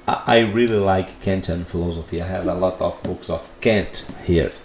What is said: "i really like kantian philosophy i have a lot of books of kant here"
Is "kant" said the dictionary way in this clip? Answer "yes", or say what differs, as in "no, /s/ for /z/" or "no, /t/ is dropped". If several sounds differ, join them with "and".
yes